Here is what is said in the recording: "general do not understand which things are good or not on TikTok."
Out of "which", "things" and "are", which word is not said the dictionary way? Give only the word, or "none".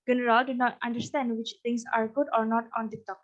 things